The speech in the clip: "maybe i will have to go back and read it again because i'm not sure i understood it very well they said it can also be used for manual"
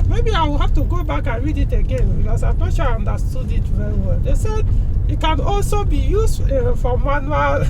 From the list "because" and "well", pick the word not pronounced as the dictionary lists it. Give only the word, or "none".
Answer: because